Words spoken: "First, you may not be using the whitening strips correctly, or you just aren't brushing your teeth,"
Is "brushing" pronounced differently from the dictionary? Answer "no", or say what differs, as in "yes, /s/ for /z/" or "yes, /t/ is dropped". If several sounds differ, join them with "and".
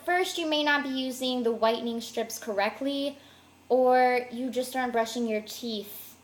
no